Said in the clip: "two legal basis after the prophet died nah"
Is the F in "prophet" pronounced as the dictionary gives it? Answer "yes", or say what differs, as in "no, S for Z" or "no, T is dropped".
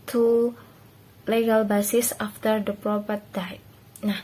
no, P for F